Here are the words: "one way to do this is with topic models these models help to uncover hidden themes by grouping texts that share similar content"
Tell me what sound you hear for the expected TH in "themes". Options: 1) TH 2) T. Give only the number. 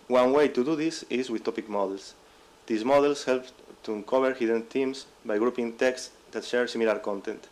2